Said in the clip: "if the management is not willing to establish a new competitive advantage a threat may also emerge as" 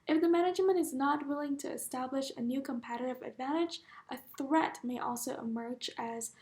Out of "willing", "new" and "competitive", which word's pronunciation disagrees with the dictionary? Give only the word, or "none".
none